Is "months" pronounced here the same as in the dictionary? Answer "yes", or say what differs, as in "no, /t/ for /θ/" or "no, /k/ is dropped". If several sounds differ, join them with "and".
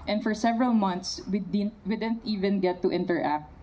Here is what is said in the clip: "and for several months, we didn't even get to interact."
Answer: no, /t/ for /θ/